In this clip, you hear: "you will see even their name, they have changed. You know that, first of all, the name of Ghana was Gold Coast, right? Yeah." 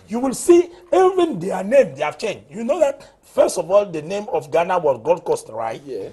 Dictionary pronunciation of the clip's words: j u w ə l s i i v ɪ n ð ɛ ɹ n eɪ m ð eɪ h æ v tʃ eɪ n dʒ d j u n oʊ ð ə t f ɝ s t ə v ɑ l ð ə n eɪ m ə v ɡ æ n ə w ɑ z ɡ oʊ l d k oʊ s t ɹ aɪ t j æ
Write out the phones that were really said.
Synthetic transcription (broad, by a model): j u w ə l s i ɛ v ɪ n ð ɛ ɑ n eɪ m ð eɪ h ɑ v tʃ eɪ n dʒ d j u n oʊ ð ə t f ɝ s t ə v ɑ l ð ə n eɪ m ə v ɡ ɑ n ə w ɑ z ɡ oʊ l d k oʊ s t ɹ aɪ t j